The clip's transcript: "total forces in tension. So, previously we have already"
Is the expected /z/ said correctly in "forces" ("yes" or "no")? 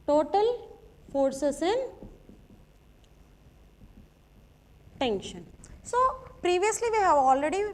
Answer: no